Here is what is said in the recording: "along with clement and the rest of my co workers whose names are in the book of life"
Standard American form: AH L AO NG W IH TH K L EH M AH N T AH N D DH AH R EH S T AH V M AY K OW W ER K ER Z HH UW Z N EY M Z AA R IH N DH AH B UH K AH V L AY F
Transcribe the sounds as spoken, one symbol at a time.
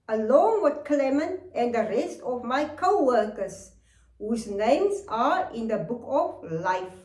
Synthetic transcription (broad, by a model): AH L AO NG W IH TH K L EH M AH N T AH N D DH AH R EH S T AH V M AY K OW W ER K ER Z HH UW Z N EY M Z AA R IH N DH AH B UH K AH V L AY F